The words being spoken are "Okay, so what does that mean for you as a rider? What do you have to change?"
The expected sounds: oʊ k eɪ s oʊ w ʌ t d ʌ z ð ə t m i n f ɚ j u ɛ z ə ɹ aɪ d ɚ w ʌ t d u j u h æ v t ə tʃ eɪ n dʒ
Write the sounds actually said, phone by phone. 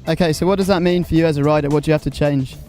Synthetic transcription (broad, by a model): oʊ k eɪ s oʊ w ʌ t d ʌ z ð ə t m i n f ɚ j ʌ z ə ɹ aɪ d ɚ w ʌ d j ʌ h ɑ f t ə tʃ eɪ n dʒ